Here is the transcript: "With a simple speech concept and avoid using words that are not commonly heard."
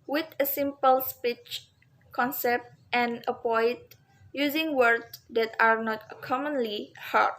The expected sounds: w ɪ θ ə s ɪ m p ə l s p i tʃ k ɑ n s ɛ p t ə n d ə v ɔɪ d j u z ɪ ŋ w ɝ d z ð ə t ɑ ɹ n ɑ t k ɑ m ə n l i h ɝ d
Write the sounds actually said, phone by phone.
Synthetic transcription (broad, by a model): w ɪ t ə s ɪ m p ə l s p i tʃ k ɑ n s ɛ p t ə n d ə p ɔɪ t j u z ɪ ŋ w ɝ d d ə t ɑ ɹ n ɑ t k ɑ m ə n l i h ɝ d